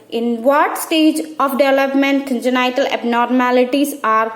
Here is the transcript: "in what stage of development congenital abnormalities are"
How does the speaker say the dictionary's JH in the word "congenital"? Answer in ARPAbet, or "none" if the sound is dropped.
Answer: none